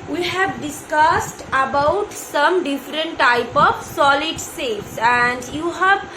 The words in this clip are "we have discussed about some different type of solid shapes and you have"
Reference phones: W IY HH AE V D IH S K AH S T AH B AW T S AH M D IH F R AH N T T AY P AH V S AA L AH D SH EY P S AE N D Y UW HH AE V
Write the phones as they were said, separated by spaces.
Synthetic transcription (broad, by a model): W IY HH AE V D IH S K AH S T AH B AW T S AH M D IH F R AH N T T AY P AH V S AA L AH D S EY S AE N D Y UW HH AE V